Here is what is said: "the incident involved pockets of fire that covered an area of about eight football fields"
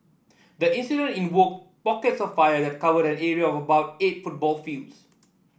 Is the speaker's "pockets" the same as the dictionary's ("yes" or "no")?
yes